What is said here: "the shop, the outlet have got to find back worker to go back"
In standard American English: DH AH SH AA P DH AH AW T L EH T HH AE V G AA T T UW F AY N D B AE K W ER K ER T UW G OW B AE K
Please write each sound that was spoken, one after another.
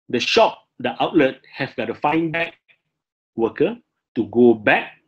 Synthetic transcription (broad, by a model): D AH SH AA P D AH AW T L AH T HH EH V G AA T T UW F AY N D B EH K W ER K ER T UW G OW B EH K